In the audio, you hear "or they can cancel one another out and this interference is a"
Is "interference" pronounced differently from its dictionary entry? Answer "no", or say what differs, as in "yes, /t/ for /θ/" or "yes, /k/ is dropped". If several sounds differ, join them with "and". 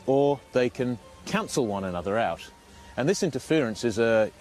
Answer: no